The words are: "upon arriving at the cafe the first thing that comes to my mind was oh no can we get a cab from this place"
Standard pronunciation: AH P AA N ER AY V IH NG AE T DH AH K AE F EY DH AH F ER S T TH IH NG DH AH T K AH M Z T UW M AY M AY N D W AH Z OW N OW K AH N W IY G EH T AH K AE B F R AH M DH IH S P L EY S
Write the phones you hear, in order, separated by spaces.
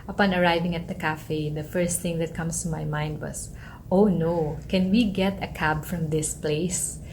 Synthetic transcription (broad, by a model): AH P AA N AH AY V IH NG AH T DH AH K AE F EY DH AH F ER S T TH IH NG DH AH T K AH M S T UW M AY M AY N D W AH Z OW N OW K AH N W IY G EH T AH K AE B F R AH M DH IH S P L EY S